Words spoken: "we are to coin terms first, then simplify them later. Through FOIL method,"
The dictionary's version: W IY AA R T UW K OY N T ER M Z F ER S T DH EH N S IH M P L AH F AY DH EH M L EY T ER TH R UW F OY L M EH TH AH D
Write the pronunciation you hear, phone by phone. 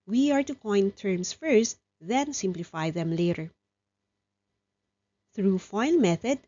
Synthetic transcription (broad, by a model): W IY AA R T UW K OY N T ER M S F ER S T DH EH N S IH M P L AH F AY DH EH M L EY T ER TH R UW F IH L M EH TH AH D